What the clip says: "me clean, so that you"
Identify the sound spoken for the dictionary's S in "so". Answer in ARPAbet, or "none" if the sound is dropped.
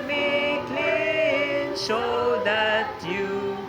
SH